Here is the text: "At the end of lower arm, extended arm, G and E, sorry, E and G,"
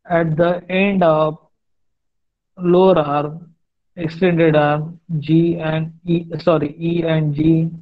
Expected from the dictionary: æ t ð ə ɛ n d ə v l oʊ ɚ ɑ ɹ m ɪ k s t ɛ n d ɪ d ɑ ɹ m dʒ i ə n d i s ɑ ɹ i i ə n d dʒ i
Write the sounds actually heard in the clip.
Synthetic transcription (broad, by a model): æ t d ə ɛ n d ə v l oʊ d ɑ ɹ ɪ k s t ɛ n d ɪ d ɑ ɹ dʒ i ə n d i s ɑ ɹ i i ə n d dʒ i